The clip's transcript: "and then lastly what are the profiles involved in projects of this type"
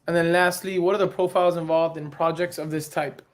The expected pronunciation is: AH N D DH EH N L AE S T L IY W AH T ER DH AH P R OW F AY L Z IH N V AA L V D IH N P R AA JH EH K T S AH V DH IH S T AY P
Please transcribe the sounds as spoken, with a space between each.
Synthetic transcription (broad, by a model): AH N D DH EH N L AE S T L IY W AH T ER DH AH P R OW F AY L Z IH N V AA L V D IH N P R AA JH EH K T S AH V DH IH S T AY P